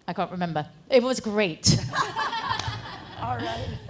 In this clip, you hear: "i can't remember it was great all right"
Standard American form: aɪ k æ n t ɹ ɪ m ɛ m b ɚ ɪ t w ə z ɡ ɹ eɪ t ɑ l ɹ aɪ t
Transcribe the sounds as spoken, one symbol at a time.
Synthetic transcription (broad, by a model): aɪ k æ n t ɹ ɪ m ɛ m b ɚ ɪ t w ə z ɡ ɹ eɪ ɪ t